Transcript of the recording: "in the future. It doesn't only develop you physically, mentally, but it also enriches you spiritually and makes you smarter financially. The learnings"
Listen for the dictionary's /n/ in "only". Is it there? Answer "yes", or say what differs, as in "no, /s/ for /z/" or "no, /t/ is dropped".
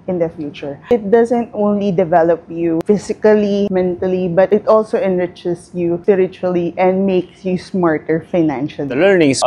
yes